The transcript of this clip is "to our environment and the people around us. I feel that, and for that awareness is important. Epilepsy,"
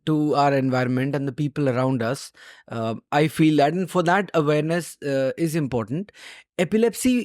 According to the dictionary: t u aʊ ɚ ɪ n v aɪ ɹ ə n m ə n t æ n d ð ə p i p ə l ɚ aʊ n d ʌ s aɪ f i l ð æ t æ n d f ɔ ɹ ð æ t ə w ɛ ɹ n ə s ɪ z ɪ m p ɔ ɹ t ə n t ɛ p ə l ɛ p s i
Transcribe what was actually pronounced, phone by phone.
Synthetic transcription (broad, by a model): t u aʊ ɚ ɪ n v aɪ ɹ ə n m ə n t æ n d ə p i p ə l ɚ aʊ n d ʌ s aɪ f i l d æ t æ n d f ɔ ɹ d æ t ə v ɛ ɹ n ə s ɪ z ɪ m p ɔ ɹ t ə n t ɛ p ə l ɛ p s i